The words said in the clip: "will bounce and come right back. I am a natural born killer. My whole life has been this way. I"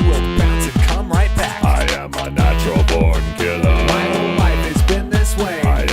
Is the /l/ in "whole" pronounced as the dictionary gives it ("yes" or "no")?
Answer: no